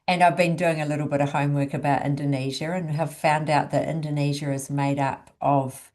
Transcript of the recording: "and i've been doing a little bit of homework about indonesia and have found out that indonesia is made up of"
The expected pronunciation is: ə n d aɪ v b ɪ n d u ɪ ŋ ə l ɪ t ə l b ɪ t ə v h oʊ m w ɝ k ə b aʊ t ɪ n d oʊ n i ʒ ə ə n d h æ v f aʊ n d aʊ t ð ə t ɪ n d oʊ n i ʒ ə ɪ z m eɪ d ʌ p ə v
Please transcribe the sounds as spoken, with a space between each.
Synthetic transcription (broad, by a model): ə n aɪ v b ɪ n d u ɪ ŋ ə l ɪ t l b ɪ t ə v h oʊ m w ɝ k ə b aʊ t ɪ n d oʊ n i ʒ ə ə n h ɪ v f aʊ n d aʊ t ð ə t ɪ n d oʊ n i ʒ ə ɪ z m eɪ d ʌ p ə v